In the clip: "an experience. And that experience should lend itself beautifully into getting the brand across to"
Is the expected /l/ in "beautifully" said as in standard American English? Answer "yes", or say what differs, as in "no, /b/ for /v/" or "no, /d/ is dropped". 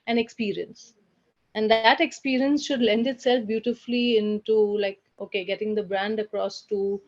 yes